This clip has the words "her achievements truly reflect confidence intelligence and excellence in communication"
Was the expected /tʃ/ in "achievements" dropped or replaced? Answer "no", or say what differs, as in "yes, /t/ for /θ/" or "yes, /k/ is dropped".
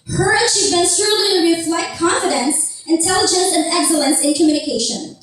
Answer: yes, /ʃ/ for /tʃ/